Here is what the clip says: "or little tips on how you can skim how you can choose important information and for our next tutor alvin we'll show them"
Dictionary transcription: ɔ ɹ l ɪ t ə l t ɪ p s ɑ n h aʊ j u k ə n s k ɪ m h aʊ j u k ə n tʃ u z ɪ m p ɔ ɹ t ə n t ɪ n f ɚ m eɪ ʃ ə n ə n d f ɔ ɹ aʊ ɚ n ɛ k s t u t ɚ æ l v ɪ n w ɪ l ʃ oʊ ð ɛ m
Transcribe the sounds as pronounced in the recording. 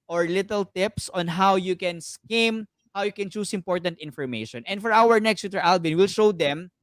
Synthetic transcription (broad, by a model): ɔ ɹ l ɪ t ə l t ɪ p s ɑ n h aʊ j u k ə n s k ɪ m h aʊ j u k ə n tʃ u s ɪ m p ɔ ɹ t ə n t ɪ n f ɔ m eɪ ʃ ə n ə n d f ɔ ɹ aʊ ɚ n ɛ k s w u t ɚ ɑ l b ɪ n w ɪ l ʃ oʊ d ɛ m